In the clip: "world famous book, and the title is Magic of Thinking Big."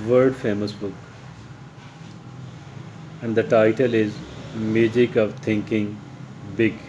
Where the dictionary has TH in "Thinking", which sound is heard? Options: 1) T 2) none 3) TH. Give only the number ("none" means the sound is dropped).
1